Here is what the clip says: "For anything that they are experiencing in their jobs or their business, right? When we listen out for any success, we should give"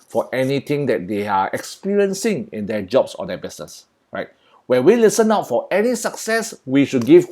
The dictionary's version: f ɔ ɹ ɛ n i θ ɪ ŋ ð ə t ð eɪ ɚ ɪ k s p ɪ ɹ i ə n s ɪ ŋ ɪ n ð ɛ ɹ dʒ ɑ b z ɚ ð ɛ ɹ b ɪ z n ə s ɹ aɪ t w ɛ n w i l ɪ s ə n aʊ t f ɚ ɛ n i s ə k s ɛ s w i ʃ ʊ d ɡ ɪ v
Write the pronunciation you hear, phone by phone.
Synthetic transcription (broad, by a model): f ɔ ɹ ɛ n i t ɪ ŋ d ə t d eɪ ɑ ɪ k s p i ɹ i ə n s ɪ ŋ ɪ n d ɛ dʒ ɑ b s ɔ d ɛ b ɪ s n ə s ɹ aɪ t w ɛ n w i l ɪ s ə n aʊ t f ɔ ɛ n i s ə k s ɛ s w i ʃ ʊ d ɡ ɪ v